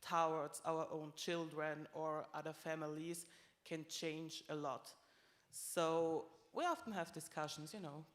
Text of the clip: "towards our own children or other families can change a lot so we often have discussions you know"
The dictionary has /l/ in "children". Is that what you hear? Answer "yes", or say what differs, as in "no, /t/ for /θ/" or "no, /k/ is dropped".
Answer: yes